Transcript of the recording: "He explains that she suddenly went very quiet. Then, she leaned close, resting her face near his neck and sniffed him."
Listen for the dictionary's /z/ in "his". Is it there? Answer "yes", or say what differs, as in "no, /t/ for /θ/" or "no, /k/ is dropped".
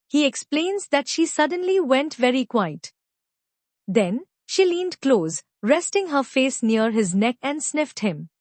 yes